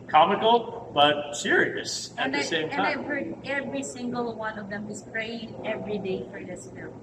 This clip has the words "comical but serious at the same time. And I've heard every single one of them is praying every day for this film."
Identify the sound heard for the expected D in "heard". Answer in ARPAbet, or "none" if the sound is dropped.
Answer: none